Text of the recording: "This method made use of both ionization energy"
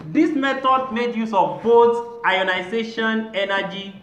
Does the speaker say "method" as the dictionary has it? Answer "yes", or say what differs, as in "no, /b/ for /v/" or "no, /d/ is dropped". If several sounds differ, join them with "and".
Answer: no, /t/ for /θ/